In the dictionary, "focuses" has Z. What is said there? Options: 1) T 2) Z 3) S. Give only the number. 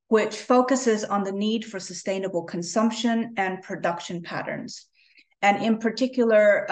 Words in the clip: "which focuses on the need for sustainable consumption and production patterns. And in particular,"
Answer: 2